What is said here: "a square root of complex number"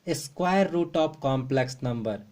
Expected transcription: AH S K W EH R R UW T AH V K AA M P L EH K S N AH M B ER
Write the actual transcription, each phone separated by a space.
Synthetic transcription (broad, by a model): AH S K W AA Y R UW T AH P K AA M P L EH K S N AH M B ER